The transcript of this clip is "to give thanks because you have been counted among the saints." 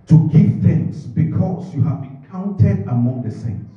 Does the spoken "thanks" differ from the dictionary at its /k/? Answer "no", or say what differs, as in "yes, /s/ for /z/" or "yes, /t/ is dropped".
yes, /k/ is dropped